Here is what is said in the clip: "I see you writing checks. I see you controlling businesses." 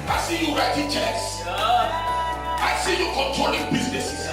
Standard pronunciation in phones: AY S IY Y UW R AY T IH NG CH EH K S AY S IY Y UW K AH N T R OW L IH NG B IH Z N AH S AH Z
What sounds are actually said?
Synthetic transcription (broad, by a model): AY S IY Y UW R AY T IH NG CH EH K S AY S IY Y UW K AH N T R OW L IH NG B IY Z N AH S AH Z